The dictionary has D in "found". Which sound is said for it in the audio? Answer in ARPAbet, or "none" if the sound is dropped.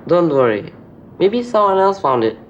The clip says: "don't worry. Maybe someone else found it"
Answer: D